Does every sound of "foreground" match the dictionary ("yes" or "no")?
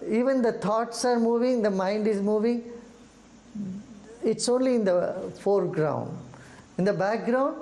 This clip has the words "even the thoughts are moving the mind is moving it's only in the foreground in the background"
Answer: yes